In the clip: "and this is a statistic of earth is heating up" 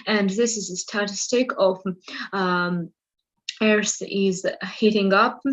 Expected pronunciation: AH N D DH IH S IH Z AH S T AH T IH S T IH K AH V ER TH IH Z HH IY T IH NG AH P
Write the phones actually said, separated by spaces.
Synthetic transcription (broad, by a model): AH N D DH IH S IH Z AH S T AH T IH S T IH K AH V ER S IH Z HH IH T IH NG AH P